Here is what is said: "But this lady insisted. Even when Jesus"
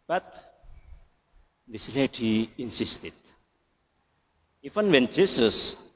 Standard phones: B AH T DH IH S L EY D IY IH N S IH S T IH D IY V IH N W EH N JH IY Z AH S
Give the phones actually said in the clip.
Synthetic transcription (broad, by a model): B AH T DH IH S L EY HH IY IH N S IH S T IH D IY F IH N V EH N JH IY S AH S